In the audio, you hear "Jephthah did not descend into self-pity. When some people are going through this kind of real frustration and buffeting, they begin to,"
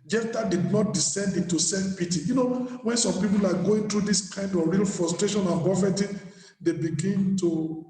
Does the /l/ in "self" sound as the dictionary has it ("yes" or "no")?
no